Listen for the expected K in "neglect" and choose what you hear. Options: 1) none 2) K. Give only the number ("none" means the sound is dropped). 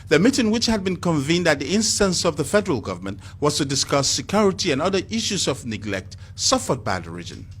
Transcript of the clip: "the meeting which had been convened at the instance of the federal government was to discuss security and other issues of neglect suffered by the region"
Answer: 2